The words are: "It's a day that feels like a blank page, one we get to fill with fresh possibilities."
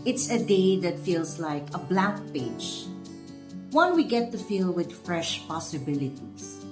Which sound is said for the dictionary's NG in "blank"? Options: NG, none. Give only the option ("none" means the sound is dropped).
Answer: none